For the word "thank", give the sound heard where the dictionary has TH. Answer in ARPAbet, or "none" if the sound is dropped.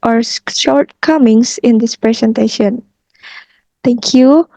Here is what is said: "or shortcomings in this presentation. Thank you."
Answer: T